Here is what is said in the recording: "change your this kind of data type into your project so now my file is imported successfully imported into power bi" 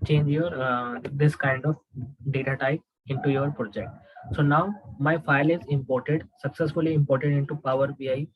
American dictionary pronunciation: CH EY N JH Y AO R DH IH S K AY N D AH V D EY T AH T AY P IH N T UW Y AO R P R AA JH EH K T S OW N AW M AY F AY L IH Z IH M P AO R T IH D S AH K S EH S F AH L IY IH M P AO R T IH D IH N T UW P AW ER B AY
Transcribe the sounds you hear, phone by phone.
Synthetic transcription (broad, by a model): CH EY N JH Y AO R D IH S K AY N D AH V D EY T AH T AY IH N T UW Y AO R P R AA JH EH K T S OW N AW M AY F AY L IH Z IH M P AO R T IH D S AH K S EH S F AH L IY IH M P AO R T IH D IH N T UW P AW ER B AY